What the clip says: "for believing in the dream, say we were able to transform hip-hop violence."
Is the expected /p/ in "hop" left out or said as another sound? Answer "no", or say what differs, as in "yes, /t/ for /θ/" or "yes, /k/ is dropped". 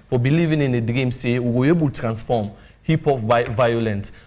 yes, /f/ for /p/